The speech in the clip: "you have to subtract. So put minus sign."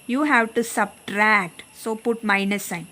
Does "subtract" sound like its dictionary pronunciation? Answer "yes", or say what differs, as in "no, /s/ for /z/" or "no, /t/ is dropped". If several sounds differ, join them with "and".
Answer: yes